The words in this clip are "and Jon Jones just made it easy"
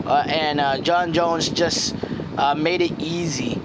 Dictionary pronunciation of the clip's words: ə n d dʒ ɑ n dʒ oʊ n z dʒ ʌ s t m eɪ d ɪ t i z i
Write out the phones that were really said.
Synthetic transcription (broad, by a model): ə n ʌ dʒ ɑ n dʒ oʊ n z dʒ ʌ s t m eɪ d ɪ t i z i